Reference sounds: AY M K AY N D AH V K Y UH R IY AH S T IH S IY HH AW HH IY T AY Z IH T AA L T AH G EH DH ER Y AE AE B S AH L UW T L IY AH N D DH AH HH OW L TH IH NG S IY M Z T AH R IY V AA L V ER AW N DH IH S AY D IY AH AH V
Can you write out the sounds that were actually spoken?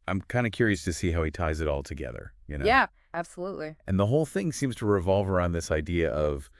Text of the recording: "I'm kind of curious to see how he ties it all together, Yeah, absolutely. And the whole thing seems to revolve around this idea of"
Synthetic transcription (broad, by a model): AY M K AY N D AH K Y UH R IY AH S T IH S IY HH AW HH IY T AY Z IH T AA L T AH G EH DH ER Y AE AE B S AH L UW T L IY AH N DH AH HH OW L TH IH NG S IY M Z T AH R IY V AA L V ER AW N DH IH S AY D IY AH AH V